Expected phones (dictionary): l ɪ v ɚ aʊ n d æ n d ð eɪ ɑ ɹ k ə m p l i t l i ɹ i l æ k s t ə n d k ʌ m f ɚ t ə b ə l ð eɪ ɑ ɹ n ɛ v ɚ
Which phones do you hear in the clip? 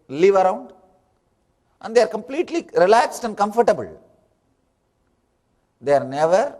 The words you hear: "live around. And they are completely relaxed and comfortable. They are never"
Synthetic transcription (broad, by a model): l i v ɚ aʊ n d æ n d eɪ ɑ ɹ k ə m p l i t l i ɹ i l æ k s t ə n d k ʌ m f ɚ t ə b ə l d eɪ ɑ ɹ n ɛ v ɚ